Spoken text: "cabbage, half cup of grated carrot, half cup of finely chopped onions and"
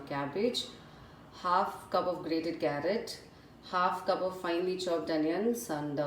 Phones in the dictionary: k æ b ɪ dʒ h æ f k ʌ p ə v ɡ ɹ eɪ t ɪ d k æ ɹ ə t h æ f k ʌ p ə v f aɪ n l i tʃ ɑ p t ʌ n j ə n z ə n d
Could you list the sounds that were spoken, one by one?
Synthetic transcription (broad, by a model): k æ b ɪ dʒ h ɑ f k ʌ p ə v ɡ ɹ eɪ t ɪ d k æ ɹ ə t h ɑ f k ʌ p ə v f aɪ n l i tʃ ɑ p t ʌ n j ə n s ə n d